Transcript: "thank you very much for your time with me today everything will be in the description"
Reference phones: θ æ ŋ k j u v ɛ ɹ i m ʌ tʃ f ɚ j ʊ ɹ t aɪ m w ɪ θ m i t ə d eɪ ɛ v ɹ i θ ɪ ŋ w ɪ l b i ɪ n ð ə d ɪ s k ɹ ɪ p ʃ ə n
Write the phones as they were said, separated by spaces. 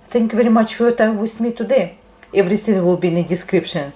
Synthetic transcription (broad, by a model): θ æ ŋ k j u v ɛ ɹ i m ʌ tʃ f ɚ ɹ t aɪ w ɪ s m i t ə d eɪ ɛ v ɹ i s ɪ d w ɪ l b i ɪ n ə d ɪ s k ɹ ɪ p ʃ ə n